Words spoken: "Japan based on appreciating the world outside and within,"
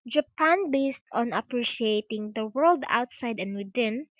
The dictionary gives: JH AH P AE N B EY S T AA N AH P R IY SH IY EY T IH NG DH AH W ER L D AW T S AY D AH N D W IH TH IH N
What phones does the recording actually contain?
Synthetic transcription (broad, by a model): JH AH P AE N B EY S T AA N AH P R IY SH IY EY T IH NG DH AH W ER L D AW T S AY D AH N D W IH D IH N